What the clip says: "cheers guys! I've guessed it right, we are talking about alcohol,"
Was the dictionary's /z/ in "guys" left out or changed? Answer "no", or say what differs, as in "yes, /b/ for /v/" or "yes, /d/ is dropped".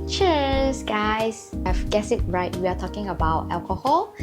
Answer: yes, /s/ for /z/